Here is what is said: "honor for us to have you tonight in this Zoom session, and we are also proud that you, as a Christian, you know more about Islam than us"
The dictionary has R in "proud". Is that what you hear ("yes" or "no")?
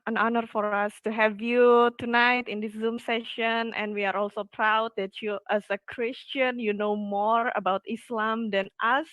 yes